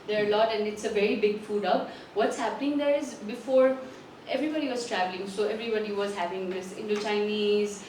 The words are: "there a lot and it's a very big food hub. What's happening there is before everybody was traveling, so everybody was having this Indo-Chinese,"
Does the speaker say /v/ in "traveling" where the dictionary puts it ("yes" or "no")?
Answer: yes